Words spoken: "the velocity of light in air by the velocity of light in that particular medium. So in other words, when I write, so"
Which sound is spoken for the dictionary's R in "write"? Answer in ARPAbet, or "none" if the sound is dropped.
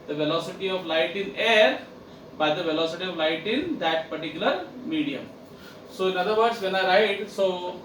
R